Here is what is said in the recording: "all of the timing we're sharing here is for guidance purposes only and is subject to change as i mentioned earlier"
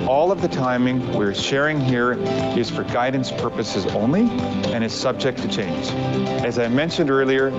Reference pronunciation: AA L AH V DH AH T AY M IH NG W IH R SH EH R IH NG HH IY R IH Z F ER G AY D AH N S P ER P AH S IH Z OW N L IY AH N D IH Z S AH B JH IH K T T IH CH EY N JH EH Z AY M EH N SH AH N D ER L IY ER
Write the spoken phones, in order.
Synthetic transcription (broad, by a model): AA L AH V DH AH T AY M IH NG W IH R SH EH R IH NG HH IY R IH Z F ER G AY D N S P ER P AH S IH Z OW N L IY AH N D IH Z S AH B JH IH K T T IH CH EY N JH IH Z AY M EH N SH AH N D ER L IY ER